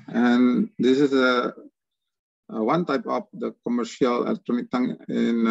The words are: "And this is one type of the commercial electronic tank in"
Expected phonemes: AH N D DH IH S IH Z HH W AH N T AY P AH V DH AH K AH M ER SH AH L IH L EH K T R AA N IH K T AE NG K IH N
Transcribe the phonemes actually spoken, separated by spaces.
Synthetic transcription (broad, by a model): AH N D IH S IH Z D W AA N T AY P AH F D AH K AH M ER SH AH L IH L EH K T R AA N IH K T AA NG IH N